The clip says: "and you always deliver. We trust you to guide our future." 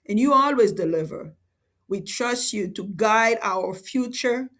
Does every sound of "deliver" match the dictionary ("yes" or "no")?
yes